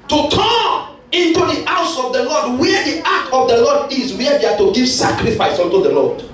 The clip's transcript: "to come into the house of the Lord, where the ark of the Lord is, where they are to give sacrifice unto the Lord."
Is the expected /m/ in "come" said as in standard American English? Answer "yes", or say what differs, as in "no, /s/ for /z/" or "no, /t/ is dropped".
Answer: no, /m/ is dropped